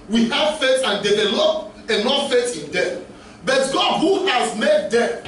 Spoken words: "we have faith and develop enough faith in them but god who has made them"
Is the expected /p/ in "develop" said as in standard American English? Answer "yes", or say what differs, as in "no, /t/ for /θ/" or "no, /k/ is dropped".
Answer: no, /p/ is dropped